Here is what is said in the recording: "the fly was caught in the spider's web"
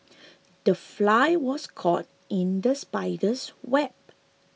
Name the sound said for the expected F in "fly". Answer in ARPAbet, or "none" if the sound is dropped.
F